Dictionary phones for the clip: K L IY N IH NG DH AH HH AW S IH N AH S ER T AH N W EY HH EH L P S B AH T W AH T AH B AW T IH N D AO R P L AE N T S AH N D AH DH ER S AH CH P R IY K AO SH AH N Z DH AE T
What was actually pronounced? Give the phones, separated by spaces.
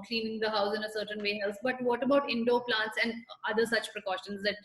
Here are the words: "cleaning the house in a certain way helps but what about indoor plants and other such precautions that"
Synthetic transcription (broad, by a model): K L IY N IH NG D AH HH AW S IH N AH S ER T AH N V EY HH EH L S B AH T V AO T AH B AW T IH N D AO P L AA N T S AH N D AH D ER S AH CH P R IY K AO SH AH N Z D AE T